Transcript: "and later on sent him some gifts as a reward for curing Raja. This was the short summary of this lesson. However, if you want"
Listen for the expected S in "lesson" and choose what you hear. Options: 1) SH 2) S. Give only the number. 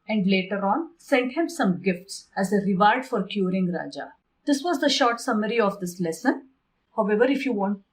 2